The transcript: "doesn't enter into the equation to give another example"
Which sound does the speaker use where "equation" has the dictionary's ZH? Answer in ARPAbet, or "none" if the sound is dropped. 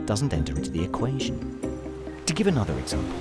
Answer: ZH